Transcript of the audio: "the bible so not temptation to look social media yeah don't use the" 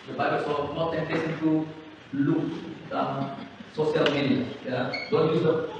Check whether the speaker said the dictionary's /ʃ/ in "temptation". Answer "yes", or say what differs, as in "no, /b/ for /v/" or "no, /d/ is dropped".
no, /s/ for /ʃ/